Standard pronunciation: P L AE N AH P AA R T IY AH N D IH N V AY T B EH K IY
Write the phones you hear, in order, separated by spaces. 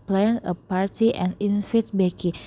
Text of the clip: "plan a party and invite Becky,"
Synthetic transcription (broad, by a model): P L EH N AH P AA R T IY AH N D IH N F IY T B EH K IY